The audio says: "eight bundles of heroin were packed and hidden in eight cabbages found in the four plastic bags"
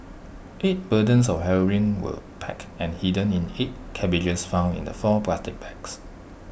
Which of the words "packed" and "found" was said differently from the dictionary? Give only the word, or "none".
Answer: packed